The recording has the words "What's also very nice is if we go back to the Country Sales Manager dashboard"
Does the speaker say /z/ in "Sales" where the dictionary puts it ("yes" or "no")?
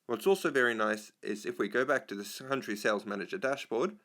yes